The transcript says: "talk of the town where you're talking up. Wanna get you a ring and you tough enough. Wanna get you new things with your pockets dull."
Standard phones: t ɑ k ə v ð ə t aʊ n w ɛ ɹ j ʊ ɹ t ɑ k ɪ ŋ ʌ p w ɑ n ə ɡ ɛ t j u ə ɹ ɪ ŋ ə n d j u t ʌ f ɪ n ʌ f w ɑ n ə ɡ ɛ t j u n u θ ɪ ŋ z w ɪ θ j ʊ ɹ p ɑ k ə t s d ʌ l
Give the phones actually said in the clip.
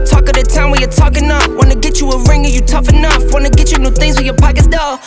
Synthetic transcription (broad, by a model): t ɑ k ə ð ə t aʊ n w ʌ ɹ j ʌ ɹ t ɑ k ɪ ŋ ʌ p w ɑ n ə ɡ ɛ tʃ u ə ɹ ɪ ŋ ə j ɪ t ʌ f ɪ n ʌ f w ɑ n ə ɡ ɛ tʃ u n u θ ɪ ŋ z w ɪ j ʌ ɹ p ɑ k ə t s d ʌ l